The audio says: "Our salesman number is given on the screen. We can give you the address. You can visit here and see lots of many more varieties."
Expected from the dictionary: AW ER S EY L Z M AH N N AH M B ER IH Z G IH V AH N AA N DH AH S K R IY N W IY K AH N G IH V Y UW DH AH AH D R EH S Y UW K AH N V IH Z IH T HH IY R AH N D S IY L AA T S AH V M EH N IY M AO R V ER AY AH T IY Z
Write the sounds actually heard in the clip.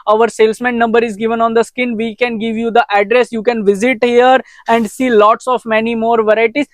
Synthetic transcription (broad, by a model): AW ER S EY L S M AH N N AH M B ER IH Z G IH V AH N AA N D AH S K IH N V IY K AH N G IH V Y UW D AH AH D R EH S Y UW K AH N V IH Z IH T HH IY R AH N D S IY L AA T S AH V M EH N IY M AO R V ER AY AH T IY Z